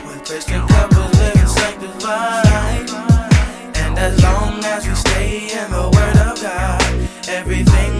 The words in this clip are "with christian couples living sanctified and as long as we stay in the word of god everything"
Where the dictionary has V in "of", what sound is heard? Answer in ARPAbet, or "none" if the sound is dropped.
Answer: V